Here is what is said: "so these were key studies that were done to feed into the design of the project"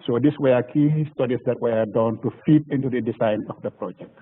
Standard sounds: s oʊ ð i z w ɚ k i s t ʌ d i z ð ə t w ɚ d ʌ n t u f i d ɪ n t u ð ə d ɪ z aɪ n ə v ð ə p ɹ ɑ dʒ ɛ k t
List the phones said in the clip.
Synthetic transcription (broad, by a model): s oʊ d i s w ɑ k i s t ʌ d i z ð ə t w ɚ d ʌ n t u f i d ɪ n t u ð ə d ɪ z aɪ n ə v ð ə p ɹ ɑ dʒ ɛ k t